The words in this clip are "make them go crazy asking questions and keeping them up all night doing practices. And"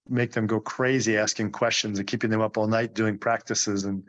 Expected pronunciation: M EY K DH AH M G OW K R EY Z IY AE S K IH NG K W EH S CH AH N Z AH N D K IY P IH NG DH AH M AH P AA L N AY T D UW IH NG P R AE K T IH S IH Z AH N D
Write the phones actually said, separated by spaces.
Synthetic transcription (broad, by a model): M EY K DH AH M G OW K R EY Z IY AE S K IH NG K W EH S CH AH N Z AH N K IY P IH NG DH AH M AH P AA L N AY T D UW IH NG P R AE K T IH S IH Z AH N